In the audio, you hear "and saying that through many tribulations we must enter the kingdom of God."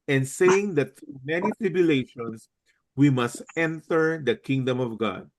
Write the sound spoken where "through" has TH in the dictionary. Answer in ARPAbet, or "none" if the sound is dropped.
T